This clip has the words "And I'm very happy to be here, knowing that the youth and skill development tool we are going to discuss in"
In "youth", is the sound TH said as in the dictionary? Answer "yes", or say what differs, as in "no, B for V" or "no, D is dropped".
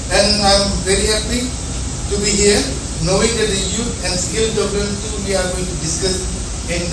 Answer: no, T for TH